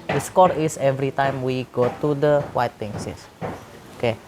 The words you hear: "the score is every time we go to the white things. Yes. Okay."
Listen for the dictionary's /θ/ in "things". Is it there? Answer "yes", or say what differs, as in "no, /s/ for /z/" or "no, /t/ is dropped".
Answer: no, /t/ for /θ/